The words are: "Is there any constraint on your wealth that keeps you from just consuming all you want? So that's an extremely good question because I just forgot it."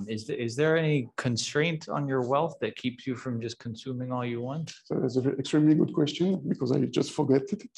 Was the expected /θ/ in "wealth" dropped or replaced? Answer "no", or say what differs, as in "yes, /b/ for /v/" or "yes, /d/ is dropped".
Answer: no